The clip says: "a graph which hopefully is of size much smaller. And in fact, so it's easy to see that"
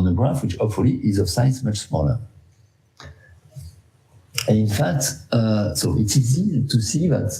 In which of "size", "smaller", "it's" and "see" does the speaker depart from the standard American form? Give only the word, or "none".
size